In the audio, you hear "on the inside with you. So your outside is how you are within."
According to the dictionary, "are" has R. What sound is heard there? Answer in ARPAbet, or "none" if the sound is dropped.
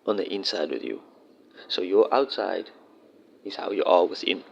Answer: L